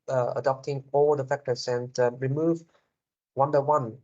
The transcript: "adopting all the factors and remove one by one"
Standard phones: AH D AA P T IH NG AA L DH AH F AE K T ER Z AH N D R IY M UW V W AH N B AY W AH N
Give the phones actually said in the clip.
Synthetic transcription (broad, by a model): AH D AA P T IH NG AA L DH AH F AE K T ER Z AH N D R IY M UW V W AH N B AY W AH N